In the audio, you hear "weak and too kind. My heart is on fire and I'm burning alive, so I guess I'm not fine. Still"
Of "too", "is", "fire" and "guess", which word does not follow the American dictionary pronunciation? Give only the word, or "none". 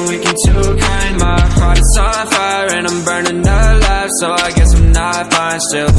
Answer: is